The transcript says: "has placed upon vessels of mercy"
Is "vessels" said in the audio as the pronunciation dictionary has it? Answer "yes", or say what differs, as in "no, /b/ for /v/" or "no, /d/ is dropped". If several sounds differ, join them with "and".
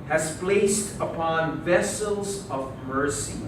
yes